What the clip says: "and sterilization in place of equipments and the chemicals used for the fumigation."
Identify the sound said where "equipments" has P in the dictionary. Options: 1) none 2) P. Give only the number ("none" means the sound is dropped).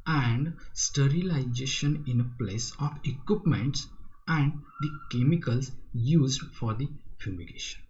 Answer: 2